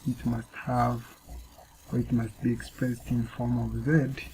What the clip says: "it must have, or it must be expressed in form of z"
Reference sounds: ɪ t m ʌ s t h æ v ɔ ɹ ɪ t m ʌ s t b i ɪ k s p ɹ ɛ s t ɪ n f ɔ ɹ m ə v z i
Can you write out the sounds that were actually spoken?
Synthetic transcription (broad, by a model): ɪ t m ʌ s t h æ v ɔ ɹ ɪ t m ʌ s t b i ɪ k s p ɹ ɛ s t ɪ n f ɔ ɹ m ə v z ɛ